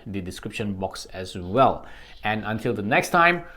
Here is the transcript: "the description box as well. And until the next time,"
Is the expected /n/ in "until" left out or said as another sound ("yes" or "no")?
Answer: no